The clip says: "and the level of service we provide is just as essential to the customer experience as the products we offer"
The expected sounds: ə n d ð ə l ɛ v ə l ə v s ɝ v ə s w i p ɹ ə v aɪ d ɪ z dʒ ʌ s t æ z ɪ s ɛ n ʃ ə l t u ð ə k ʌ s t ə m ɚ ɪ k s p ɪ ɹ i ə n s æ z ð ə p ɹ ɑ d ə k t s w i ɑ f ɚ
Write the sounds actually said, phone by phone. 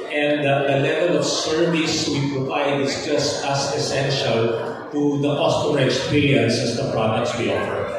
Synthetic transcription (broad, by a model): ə n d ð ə l ɛ v ə l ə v s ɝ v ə s w i p ɹ ə v aɪ d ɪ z dʒ ʌ s t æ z ɪ s ɛ n ʃ ə l t u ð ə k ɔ s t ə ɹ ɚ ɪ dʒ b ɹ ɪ l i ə n s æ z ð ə p ɹ ɑ d ə k t s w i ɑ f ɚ